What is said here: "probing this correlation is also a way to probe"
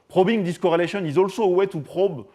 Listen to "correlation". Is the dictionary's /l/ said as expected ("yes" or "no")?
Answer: yes